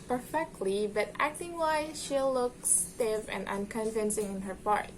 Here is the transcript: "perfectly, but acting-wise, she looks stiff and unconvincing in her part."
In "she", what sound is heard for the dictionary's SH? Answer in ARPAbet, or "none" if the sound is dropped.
SH